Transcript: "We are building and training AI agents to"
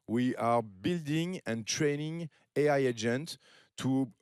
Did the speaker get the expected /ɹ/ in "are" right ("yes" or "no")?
yes